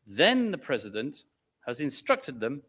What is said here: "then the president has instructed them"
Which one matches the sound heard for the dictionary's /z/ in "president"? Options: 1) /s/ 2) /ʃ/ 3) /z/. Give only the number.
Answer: 3